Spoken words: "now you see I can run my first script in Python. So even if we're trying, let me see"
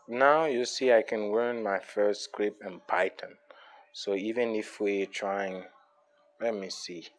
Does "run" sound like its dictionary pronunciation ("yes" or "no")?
no